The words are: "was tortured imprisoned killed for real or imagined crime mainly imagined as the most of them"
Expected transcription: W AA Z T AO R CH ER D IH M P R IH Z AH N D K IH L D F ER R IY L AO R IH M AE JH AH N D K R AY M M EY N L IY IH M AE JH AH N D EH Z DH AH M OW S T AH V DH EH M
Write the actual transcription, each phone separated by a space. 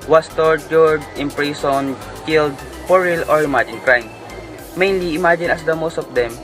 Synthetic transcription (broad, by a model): W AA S T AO R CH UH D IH M P R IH S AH N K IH L D P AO R IY L AO R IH M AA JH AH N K R AY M M EY N L IY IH M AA JH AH N AH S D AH M OW S T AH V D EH M